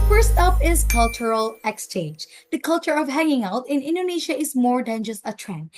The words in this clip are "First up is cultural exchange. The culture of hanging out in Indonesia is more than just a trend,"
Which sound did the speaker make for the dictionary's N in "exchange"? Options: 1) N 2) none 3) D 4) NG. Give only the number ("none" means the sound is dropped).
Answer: 2